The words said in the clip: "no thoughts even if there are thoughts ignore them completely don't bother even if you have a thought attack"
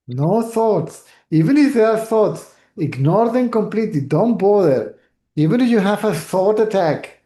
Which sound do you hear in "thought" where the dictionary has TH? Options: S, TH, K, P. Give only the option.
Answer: S